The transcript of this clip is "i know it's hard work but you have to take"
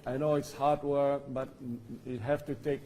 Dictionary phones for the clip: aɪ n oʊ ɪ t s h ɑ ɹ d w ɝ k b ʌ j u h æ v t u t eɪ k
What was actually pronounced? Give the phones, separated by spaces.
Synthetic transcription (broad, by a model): aɪ n oʊ ɪ t s h ɑ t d w ɝ k b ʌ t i h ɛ f t u t eɪ k